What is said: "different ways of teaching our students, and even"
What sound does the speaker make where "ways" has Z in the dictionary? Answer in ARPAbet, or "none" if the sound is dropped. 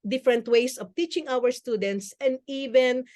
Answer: S